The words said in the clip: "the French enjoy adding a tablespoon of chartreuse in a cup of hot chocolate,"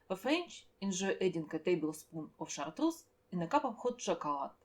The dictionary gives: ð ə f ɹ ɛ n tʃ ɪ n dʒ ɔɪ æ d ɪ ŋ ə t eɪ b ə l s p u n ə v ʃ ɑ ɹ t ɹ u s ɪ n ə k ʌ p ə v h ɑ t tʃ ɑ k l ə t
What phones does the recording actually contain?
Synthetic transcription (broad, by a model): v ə f ɹ ɛ n tʃ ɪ n ʒ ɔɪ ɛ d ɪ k ə t eɪ b ə l s p u n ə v ʃ ɑ ɹ t ɹ u s ɪ n ə k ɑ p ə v h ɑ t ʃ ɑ k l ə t